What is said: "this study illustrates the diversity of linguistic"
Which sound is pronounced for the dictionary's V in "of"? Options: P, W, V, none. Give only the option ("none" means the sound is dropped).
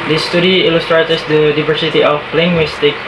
P